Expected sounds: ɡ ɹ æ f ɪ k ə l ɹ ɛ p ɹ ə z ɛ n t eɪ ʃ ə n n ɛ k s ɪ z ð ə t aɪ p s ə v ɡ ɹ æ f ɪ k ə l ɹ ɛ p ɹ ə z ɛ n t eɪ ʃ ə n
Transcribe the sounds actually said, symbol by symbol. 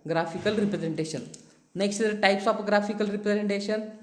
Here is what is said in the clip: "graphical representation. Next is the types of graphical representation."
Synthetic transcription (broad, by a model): ɡ ɹ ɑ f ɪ k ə l ɹ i p ɹ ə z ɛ n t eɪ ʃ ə n n ɛ k s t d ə t aɪ p s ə p ɡ ɹ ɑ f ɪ k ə l ɹ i p ɹ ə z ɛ n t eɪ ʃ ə n